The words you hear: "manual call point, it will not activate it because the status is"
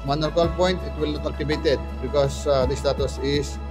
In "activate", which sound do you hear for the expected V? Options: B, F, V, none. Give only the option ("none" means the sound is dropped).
B